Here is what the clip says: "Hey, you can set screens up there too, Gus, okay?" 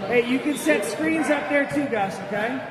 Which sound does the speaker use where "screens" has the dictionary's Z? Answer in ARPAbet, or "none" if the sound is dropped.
Z